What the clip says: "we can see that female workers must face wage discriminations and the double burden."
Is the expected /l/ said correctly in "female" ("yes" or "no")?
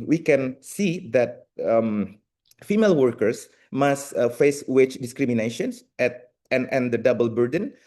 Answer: yes